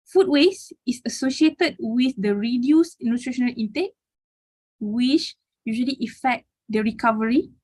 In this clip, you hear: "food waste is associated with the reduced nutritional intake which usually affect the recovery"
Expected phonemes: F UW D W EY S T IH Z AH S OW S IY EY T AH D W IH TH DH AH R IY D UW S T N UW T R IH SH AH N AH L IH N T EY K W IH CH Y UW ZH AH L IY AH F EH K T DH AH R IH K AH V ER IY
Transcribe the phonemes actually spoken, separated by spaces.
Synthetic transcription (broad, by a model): F UW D W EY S IH S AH S OW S IY EY T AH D W IH TH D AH R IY D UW S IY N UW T R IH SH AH N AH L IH N T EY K W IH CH Y UW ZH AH L IY AH F EH K T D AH R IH K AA V ER IY